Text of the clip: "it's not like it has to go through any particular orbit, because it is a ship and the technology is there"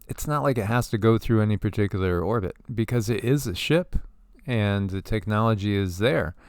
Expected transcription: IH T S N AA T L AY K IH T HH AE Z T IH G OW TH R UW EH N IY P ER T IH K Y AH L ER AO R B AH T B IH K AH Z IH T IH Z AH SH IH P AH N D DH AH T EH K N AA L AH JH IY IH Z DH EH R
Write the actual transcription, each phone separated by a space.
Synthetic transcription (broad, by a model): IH T S N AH T L AY K IH T HH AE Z T IH G OW TH R UW EH N IY P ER T IH K Y L ER AO R B AH T B IH K AH Z IH T IH Z AH SH IH P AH N DH AH T EH K N AA L AH JH IY IH Z DH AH R